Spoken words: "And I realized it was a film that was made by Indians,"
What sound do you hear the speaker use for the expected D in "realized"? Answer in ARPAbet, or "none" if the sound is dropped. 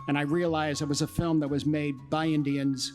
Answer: none